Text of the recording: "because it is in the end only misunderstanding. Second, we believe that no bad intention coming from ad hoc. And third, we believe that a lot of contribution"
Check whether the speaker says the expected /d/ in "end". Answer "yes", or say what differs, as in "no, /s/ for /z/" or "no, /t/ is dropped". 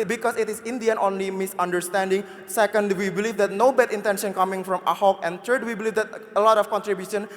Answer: no, /d/ is dropped